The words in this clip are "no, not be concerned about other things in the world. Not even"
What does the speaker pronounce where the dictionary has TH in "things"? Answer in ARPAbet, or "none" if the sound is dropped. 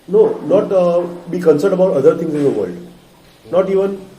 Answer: T